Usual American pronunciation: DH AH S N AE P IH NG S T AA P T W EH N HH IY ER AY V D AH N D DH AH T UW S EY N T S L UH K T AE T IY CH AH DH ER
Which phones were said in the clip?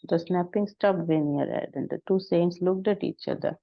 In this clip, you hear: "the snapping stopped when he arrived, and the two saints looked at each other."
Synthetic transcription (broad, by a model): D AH S N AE P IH NG S T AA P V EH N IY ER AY D AH N D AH T UW S EY N T S L UH K T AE T IY CH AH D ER